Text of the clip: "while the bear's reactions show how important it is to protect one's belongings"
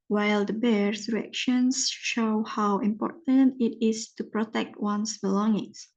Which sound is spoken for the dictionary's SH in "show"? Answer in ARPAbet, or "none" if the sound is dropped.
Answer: SH